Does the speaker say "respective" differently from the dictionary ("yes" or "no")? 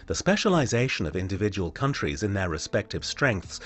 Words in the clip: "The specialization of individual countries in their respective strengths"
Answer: no